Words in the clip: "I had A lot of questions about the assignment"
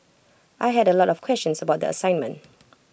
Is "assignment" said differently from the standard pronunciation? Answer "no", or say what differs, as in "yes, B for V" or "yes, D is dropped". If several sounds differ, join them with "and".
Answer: no